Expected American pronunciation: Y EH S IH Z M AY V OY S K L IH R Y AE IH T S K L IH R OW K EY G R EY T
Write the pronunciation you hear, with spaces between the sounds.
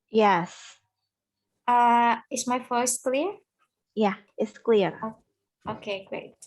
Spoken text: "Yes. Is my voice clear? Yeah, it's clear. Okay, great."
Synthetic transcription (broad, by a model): Y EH S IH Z M AY F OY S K L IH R Y AE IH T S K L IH R OW K EY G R EY T